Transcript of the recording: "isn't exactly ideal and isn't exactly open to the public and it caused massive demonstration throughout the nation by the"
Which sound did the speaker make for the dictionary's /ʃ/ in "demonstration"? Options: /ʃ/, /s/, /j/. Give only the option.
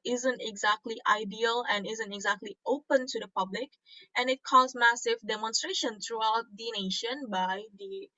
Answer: /ʃ/